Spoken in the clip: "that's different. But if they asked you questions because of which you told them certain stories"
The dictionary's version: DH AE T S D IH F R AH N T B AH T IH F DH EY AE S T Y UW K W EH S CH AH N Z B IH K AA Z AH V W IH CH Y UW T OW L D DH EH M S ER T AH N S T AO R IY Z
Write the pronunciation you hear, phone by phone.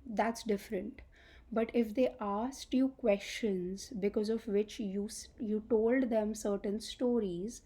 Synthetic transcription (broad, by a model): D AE T S D IH F R AH N T B AH T IH F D EY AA S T Y UW K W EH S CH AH N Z B IH K AA Z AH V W IH CH Y UW T OW L D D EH M S ER T AH N S T AO R IY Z